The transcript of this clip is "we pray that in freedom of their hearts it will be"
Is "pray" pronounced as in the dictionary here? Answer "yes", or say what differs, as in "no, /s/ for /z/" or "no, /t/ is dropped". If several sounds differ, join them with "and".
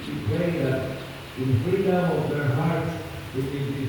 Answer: no, /ɹ/ is dropped